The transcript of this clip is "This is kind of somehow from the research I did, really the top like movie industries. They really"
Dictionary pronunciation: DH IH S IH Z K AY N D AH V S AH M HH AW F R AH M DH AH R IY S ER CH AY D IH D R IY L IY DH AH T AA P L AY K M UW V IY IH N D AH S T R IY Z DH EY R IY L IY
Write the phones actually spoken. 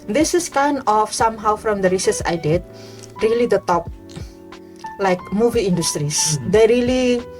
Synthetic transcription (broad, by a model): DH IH S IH S K AY N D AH F S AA M HH AW F R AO M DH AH R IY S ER S AY D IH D R IY L IY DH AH T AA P L AY K M UW V IY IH N D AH S T R IY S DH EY R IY L IY